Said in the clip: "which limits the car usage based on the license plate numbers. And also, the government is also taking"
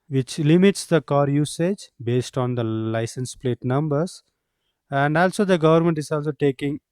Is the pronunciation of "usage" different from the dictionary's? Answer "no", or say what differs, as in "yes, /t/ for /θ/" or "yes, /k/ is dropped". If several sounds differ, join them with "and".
no